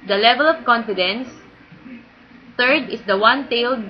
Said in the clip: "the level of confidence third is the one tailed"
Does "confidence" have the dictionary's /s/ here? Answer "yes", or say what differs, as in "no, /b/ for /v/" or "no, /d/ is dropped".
yes